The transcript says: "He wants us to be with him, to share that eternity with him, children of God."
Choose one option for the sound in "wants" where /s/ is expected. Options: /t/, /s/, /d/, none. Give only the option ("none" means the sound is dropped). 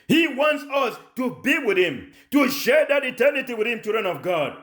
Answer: /s/